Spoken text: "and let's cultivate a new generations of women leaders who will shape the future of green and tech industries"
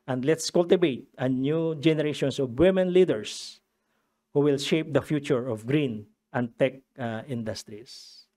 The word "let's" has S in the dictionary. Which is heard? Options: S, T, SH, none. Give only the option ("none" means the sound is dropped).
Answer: S